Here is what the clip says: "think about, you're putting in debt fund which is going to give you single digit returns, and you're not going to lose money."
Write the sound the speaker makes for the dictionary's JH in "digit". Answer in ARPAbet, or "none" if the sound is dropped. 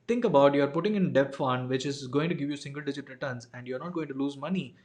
JH